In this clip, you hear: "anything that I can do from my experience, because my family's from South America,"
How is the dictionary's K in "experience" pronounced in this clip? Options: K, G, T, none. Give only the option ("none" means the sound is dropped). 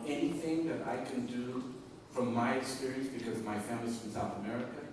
none